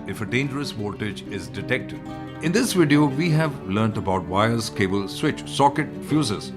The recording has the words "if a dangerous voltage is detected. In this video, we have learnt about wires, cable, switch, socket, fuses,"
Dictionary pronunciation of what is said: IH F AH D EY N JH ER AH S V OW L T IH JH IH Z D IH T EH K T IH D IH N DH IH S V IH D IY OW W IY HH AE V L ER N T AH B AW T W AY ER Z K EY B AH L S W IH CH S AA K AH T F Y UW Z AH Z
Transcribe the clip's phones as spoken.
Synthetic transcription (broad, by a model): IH F AH D EY N JH ER AH S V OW T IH JH IH Z D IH T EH K T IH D IH N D IH S V IH D IY OW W IY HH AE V L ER N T AH B AW T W AY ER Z K EY B AH L S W IH CH S AA K AH T F Y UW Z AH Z